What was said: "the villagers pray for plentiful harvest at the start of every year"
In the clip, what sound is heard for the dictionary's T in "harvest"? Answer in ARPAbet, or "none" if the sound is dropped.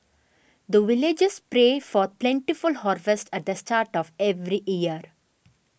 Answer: T